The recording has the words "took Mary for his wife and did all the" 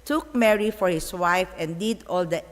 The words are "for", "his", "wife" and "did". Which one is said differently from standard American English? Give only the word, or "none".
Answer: his